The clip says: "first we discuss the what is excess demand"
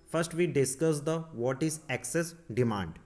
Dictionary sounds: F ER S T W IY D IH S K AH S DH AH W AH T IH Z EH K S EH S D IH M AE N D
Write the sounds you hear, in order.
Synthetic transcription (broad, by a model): F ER S T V IY D IH S K AH S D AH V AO T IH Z EH K S EH S D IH M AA N D